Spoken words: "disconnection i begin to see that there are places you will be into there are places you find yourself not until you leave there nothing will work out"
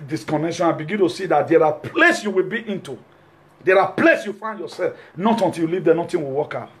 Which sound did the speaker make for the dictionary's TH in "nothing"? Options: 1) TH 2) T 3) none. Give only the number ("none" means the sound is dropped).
2